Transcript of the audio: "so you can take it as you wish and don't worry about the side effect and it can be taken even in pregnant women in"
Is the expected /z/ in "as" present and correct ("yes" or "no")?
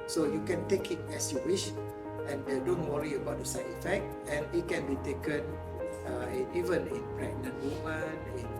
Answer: no